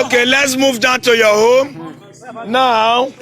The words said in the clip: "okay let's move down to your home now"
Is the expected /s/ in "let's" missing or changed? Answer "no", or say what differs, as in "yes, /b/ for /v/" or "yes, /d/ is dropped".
no